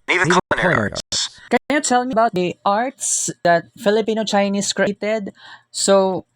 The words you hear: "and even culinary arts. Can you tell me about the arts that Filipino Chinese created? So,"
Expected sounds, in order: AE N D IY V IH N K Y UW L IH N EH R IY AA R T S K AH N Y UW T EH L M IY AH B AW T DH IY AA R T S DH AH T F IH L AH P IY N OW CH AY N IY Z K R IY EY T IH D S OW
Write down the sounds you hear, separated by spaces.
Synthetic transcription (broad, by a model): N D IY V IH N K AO IH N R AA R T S K AH N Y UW T EH L M IY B AW T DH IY AA R T S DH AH T F IH L AH P IY N OW CH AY N IY S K R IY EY T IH D S OW